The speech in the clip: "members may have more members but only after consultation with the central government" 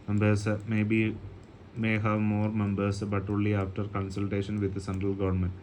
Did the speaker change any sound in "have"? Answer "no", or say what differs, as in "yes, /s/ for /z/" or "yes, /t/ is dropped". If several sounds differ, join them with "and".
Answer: no